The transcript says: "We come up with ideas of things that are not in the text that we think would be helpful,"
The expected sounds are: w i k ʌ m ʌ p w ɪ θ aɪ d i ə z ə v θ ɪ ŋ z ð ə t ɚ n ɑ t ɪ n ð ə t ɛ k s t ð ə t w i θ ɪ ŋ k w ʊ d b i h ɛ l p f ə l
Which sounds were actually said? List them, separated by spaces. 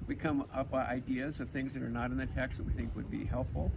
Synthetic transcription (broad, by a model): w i k ʌ m ʌ p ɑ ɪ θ aɪ d i ə z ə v θ ɪ ŋ z ð ə t ɚ n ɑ t ɪ n ð ə t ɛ k s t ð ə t w i θ ɪ ŋ k w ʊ d b i h ɛ l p f l